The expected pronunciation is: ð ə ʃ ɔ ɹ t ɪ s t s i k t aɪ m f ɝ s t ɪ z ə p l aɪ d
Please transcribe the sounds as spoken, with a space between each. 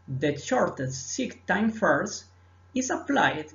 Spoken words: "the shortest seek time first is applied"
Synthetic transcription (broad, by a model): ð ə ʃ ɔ ɹ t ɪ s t s i k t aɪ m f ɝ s ɪ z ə p l aɪ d